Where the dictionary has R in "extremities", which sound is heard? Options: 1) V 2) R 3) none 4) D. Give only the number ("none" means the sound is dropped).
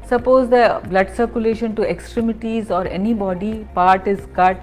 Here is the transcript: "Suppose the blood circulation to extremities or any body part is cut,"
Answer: 2